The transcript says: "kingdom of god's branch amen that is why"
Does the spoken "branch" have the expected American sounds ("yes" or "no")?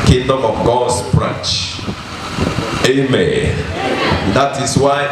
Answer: no